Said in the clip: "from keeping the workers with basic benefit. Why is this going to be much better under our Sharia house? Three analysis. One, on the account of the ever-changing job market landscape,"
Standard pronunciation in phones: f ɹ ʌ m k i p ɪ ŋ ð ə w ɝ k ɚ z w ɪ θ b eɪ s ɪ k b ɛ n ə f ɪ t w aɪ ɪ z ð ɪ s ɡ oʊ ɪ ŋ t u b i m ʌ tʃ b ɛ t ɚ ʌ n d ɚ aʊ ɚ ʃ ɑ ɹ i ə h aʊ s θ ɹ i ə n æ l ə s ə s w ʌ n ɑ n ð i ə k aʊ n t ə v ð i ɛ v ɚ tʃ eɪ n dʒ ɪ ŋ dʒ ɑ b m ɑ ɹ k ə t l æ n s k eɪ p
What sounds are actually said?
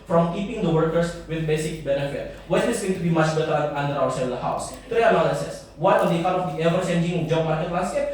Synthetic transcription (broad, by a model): f ɹ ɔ m k i p ɪ ŋ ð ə w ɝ k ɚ s w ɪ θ b eɪ s ɪ k b ɛ n ə f ɪ t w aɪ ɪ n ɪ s ɡ oʊ ɪ ŋ t u b i m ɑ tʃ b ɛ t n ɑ n d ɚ aʊ ɚ s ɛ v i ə h aʊ s t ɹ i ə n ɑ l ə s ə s w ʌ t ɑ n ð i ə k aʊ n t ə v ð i ɛ v ɚ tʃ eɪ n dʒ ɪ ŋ dʒ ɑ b m ɑ ɹ k ə t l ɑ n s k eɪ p